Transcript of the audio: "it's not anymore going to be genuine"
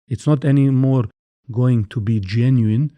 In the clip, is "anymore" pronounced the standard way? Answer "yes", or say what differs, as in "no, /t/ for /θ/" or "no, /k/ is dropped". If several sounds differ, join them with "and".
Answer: yes